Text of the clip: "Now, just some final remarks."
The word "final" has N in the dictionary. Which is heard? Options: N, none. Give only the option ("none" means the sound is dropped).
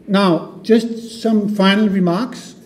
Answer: N